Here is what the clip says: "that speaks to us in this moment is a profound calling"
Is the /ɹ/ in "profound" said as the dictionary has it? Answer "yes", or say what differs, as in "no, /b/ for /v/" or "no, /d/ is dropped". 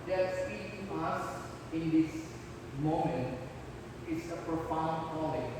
yes